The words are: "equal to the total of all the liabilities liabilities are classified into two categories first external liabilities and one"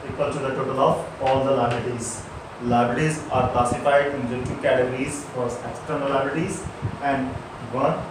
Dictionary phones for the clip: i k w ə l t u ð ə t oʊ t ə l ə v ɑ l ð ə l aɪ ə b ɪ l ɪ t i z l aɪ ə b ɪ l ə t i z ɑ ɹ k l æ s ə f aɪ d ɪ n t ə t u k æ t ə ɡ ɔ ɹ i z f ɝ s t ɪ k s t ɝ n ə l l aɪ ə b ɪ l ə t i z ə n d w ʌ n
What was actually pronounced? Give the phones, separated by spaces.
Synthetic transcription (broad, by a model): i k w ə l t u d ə t oʊ t ə l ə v ɑ l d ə l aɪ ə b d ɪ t i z l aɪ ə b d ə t i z ɑ ɹ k l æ s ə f aɪ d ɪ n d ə t u k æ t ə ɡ ɹ i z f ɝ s ɪ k s t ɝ n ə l l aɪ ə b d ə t i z ə n d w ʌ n